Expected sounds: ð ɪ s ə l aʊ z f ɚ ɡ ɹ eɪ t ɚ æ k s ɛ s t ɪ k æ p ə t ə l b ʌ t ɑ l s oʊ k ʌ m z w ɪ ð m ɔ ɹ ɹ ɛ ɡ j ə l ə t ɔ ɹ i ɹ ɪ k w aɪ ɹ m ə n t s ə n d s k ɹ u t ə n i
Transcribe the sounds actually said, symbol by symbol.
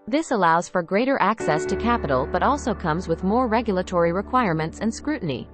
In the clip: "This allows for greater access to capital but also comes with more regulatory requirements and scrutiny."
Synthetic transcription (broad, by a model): ð ɪ s ə l aʊ z f ɚ ɡ ɹ eɪ t ɚ æ k s ɛ s t ɪ k æ p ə t l b ʌ t ɑ l s oʊ k ʌ m z w ɪ ð m ɔ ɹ ɹ ɛ ɡ j l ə t ɔ ɹ i ɹ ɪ k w aɪ ɹ m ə n t s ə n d s k ɹ u t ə n i